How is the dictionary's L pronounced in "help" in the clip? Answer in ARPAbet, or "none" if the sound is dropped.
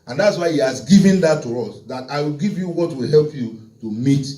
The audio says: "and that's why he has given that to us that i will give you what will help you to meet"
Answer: L